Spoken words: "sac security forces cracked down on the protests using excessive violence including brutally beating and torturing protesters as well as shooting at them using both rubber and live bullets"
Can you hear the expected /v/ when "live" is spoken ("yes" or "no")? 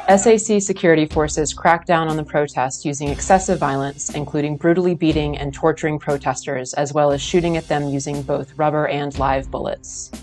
yes